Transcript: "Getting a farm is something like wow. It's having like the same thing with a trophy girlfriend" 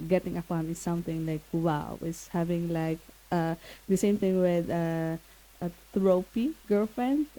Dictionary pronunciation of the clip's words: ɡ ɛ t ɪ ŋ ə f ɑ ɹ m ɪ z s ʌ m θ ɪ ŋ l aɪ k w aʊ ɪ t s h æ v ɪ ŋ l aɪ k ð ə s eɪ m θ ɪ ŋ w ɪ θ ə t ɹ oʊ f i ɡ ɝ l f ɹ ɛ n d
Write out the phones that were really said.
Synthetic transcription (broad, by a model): ɡ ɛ t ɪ ŋ ə p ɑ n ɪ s s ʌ m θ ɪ ŋ l aɪ k w aʊ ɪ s h æ v ɪ ŋ l aɪ k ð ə s eɪ m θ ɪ ŋ w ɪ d ə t ɹ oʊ p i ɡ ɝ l f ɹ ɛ n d